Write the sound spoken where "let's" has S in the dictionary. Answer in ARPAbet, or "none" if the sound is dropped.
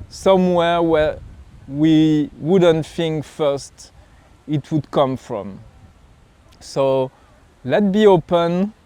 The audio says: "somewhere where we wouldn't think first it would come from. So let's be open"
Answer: none